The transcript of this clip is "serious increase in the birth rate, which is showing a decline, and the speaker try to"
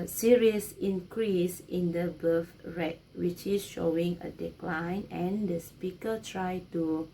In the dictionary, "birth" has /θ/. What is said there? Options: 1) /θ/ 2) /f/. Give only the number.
2